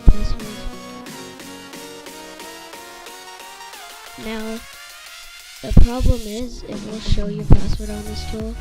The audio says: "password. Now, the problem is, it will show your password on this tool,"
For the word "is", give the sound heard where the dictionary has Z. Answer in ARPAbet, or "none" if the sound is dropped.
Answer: Z